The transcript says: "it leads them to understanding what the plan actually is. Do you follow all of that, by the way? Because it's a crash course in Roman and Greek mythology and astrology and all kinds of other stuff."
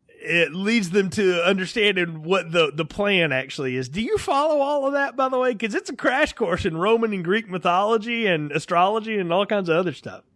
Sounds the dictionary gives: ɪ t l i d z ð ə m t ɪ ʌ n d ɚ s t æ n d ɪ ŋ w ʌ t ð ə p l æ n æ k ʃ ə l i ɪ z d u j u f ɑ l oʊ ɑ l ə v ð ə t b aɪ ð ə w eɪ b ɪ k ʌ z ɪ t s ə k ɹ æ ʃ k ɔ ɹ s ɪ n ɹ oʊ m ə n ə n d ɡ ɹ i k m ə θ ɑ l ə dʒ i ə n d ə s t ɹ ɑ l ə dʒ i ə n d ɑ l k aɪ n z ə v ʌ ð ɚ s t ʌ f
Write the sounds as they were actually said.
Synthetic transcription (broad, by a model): ɪ t l i d z ð ə m t ɪ ʌ n d ɚ s t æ n d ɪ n w ʌ t ð ə p l æ n æ k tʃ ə l i ɪ z d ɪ j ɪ f ɑ l oʊ ɑ l ə v ð ə t b aɪ ð ə w eɪ ɪ k ʌ z ɪ t s ə k ɹ æ ʃ k ɔ ɹ s ɪ n ɹ oʊ m ə n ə n ɡ ɹ i k m ə θ ɑ l ə dʒ i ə n ə s t ɹ ɑ l ə dʒ i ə n ɑ l k aɪ n z ə v ʌ ð ɚ s t ʌ f